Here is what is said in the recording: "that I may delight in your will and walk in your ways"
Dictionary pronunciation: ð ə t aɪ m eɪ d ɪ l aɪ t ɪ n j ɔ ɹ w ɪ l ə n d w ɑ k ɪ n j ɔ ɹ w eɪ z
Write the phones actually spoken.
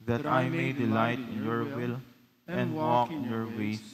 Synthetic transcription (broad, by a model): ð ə t aɪ m eɪ d ɪ l aɪ t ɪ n j ɔ ɹ w ɪ l ə n d w ɑ k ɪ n j ɔ ɹ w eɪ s